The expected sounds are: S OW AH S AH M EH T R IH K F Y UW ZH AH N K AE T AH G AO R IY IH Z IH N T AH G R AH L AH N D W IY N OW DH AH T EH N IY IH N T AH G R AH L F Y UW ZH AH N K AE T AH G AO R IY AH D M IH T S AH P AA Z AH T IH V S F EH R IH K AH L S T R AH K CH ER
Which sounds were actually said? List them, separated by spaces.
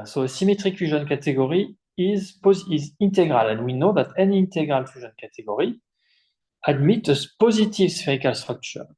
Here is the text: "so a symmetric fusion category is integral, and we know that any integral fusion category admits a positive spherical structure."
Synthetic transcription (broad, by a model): S OW AH S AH M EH T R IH K F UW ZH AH N K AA T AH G AO R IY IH Z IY N T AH G R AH L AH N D W IY N OW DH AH T EH N IY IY N T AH G R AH L F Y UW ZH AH N K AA T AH G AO R IY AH D M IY T AH P AA Z AH T IH V S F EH R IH K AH L S T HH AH K CH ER